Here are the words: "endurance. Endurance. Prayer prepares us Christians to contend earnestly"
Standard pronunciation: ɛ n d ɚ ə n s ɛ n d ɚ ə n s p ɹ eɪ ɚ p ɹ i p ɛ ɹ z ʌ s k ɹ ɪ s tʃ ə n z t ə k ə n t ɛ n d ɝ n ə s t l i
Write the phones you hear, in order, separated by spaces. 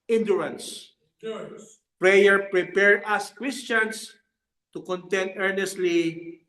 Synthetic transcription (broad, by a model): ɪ n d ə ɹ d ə n s p ɹ eɪ ɚ p ɹ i p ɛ ɹ ʌ s k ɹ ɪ s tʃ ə n s t ə k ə n t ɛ n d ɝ n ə s t l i